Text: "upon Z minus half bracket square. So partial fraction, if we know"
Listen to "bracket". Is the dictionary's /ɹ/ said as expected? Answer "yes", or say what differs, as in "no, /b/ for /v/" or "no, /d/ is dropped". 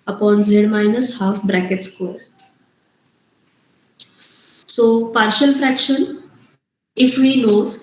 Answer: yes